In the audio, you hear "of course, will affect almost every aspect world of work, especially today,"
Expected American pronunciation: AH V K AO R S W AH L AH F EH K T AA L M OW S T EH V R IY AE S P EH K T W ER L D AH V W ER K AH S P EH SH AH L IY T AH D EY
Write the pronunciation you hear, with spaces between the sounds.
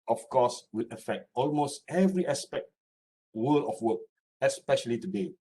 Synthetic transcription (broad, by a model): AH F K AO S W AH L AH F EH K T AA L M OW S T EH V R IY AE S P EH K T W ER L AH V W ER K AH S P EH SH AH L IY T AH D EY